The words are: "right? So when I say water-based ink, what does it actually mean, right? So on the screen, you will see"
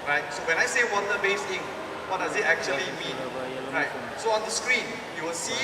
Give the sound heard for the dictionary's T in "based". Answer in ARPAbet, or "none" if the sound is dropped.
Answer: none